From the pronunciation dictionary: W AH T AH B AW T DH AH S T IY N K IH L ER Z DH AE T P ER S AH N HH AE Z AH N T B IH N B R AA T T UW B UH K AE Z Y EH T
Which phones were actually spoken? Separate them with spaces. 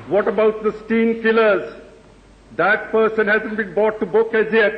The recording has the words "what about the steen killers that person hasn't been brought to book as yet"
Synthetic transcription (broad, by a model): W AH T AH B AW T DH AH S T IY N K IH L ER Z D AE T P ER S AH N HH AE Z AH N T B IH N B AA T T UW B UH K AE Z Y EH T